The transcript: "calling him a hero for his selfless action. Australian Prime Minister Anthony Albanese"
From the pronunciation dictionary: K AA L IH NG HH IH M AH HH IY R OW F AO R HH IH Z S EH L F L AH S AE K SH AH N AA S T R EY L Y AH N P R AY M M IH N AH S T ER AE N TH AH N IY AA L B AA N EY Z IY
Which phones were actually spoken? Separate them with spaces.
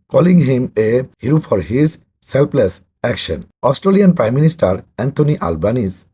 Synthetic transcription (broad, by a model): K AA L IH NG HH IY M AH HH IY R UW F AO R HH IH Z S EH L P L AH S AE K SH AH N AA S T R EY L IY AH N P R AY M M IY N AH S T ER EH N T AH N IY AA L B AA N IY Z